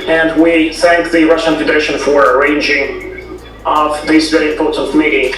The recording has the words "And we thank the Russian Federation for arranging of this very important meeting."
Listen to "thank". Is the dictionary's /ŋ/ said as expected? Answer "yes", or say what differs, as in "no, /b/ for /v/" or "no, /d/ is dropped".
yes